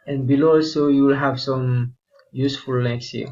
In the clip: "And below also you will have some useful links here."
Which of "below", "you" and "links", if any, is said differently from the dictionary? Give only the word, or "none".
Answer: links